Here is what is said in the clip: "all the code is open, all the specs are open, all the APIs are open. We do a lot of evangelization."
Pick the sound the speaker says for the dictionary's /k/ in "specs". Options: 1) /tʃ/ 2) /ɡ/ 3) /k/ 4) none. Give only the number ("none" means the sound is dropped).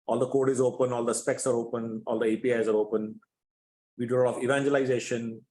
3